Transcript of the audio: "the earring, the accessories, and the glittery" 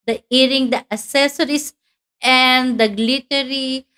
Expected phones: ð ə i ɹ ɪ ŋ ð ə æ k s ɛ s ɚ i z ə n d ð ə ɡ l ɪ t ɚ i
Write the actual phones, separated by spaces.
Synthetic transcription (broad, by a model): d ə i ɹ ɪ ŋ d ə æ s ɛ s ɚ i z ə n d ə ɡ l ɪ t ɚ i